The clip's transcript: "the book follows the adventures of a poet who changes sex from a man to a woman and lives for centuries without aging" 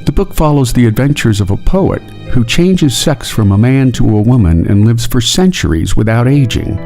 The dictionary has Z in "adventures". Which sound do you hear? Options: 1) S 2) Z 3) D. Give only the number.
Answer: 2